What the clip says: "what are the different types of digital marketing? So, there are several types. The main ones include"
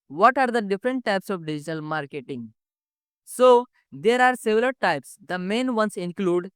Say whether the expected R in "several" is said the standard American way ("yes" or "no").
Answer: no